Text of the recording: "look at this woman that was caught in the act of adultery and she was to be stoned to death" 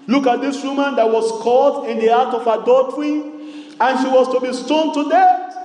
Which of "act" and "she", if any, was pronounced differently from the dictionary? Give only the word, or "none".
act